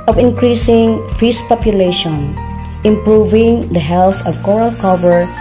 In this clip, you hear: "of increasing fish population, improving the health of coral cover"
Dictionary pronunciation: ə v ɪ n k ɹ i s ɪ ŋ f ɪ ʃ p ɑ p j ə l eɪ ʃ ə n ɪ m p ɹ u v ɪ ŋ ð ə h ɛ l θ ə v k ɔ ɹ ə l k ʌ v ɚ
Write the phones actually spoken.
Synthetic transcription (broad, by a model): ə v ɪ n k ɹ i s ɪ ŋ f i s p ɑ p j ə l eɪ ʃ ə n ɪ m p ɹ u v ɪ ŋ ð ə h ɛ l θ ə v k ɔ ɹ ə l k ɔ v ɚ